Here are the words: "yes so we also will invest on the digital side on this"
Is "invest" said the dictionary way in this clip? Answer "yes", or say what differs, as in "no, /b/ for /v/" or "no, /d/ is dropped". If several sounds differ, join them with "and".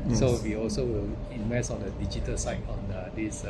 no, /t/ is dropped